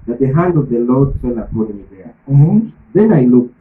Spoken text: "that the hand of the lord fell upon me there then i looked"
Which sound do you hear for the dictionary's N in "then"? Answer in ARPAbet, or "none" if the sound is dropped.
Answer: N